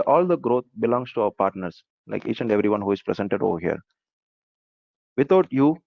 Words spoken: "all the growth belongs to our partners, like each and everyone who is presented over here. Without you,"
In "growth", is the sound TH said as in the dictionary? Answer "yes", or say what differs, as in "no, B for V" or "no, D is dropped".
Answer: no, T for TH